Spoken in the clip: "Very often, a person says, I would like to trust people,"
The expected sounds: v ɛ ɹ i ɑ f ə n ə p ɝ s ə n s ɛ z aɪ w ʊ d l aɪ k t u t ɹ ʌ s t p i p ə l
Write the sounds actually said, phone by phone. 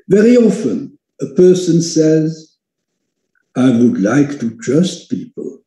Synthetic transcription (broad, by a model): v ɛ ɹ i ɑ f ə n ə p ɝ s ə n s ɛ z aɪ w ʊ d l aɪ k t u t ɹ ʌ s t p i p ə l